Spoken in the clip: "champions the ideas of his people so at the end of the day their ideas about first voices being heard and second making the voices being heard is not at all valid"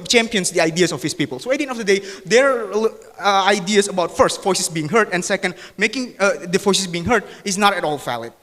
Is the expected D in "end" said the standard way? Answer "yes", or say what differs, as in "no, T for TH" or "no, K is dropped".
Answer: no, D is dropped